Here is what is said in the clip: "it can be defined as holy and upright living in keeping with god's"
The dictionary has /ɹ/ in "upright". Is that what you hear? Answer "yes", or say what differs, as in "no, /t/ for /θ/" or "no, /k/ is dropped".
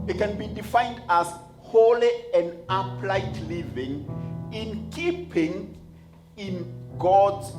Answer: no, /l/ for /ɹ/